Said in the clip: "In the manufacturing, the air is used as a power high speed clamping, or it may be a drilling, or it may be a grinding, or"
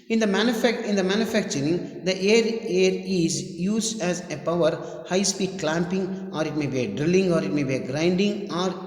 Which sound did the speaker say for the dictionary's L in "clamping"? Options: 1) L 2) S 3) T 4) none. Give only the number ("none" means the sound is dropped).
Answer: 1